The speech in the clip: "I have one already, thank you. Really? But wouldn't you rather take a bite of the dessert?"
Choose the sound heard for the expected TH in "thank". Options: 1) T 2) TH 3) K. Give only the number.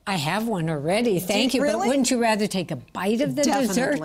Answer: 2